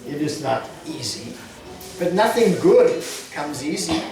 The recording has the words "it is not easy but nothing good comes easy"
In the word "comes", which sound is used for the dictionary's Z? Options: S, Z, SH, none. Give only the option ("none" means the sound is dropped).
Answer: Z